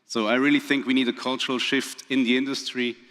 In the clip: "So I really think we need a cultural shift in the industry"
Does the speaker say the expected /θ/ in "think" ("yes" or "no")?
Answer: yes